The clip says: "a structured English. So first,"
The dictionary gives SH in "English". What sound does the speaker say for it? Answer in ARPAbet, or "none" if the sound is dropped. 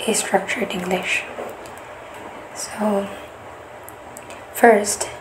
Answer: SH